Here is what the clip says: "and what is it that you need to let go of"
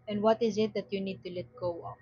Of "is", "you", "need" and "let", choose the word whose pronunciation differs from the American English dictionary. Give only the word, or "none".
none